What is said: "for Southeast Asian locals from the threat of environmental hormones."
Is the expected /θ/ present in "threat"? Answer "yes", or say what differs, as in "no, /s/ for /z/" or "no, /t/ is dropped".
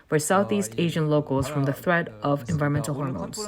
yes